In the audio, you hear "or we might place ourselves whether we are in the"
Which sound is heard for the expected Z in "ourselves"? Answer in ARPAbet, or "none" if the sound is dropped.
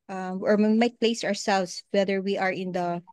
S